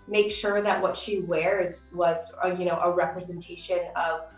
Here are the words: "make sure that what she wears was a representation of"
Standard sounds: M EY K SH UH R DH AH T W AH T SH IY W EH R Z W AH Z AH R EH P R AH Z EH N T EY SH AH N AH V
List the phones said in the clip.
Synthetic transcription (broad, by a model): M EY K SH UH R DH AH T W AH T SH IY W EH R Z W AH Z AH R EH P R AH Z EH N T EY SH AH N AH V